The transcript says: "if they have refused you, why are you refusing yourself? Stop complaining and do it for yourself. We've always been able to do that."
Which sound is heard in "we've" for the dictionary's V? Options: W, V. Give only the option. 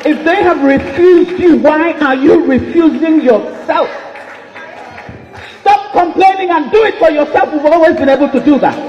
W